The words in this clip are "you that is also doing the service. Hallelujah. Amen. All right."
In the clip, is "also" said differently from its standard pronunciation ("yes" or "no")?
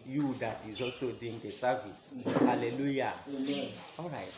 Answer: yes